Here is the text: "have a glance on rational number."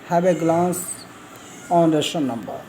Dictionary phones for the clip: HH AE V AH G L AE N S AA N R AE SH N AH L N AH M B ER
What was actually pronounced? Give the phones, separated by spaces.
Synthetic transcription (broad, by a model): HH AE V AH G L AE N S AA N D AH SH AH N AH M B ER